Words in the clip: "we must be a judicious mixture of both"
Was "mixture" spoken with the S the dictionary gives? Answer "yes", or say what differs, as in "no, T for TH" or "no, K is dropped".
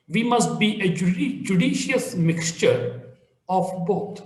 yes